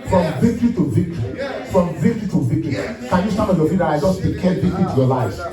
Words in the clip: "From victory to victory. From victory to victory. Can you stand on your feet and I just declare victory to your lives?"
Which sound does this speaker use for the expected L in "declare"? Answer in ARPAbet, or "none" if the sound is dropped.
none